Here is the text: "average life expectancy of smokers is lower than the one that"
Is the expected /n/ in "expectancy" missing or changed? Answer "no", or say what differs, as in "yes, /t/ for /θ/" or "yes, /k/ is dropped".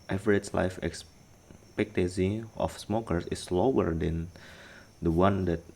yes, /n/ is dropped